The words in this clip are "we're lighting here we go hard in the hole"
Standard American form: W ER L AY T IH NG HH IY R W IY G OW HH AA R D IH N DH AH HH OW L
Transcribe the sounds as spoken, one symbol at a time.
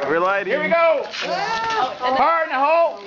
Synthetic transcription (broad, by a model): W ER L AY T HH IY R W IY G OW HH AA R IH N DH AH HH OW L